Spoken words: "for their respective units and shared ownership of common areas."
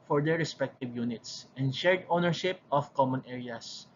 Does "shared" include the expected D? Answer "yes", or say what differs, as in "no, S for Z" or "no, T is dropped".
yes